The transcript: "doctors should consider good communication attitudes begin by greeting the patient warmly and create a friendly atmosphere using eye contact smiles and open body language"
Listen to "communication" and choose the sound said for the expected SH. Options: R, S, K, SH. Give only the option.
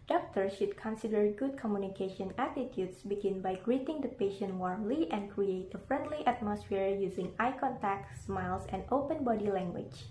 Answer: SH